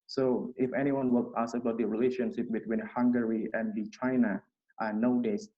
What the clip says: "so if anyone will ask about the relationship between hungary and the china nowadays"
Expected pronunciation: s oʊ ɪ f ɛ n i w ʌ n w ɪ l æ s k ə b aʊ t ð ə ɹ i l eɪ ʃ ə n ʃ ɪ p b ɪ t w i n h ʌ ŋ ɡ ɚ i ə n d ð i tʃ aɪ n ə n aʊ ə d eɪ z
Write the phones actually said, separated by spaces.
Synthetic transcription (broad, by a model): s oʊ ɪ f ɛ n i w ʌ n w ɪ l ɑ s ə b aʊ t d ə ɹ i l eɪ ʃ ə n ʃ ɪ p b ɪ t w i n h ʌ ŋ ɡ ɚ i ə n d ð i tʃ aɪ n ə n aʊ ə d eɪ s